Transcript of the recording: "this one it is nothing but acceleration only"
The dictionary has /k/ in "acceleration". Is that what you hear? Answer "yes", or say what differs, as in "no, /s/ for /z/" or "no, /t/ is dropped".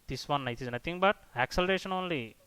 yes